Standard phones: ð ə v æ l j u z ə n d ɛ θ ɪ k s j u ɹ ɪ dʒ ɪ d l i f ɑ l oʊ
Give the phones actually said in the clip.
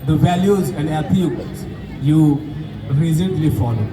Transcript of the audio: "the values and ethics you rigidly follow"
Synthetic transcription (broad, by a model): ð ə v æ l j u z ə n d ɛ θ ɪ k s j u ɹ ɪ z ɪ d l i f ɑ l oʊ